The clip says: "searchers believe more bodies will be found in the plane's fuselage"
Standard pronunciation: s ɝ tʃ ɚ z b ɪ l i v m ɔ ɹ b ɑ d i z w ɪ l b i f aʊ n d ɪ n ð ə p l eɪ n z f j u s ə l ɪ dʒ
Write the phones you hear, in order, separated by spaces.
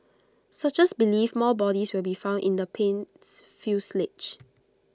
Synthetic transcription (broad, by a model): s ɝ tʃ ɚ s b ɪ l i f m ɔ l b ɑ d i s w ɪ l b i f aʊ n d ɪ n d ə p eɪ n s f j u s l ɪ tʃ